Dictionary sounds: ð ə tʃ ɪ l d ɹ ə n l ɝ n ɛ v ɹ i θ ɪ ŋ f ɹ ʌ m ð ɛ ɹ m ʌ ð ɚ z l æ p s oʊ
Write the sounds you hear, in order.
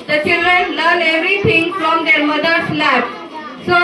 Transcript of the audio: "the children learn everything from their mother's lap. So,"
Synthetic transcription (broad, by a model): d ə tʃ ɪ l d ɹ ə n l ɝ n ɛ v ɹ i t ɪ ŋ f ɹ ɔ m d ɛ ɹ m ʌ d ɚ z l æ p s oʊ